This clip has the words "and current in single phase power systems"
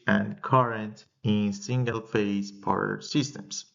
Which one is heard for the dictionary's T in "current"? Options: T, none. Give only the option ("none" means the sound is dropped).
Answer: T